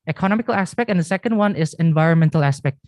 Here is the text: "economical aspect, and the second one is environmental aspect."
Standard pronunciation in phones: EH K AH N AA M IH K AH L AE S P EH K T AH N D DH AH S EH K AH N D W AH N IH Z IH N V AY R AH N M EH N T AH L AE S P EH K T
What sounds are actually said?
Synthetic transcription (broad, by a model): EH K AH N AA M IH K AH L AE S P EH K T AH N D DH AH S EH K AH N D W AH N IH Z IH N V AY R AH N M EH N T AH L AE S P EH K T